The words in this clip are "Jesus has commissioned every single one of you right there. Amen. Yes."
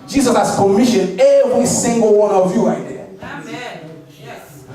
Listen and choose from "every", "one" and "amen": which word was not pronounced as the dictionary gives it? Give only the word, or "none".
amen